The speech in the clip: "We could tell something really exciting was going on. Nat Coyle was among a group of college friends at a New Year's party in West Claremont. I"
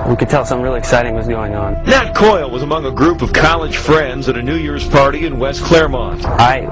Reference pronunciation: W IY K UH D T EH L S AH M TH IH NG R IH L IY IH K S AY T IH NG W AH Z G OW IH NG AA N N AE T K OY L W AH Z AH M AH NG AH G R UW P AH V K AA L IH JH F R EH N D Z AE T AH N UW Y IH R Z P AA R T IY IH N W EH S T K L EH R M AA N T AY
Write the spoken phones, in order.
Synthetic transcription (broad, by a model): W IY K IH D T EH L S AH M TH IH R IH L IY IH K S AY T IH NG W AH S G OW IH NG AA N N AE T K OY L W AH Z AH M AH NG AH G R UW P AH V K AA L IH JH F R EH N D Z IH T AH N UW Y IH R Z P AA R T IY IH N W EH S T K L EH R M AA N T AY